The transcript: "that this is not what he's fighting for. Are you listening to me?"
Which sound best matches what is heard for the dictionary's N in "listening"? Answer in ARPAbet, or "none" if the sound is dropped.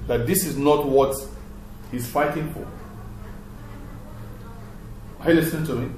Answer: none